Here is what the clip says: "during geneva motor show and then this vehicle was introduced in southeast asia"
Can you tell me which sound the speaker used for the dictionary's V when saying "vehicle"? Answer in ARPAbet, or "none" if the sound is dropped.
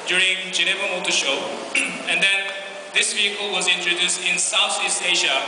V